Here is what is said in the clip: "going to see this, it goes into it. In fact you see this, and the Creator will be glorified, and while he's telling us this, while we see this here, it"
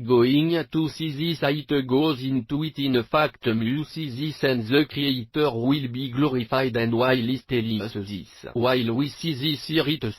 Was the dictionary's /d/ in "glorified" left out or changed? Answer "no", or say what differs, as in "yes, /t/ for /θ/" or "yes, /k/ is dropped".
no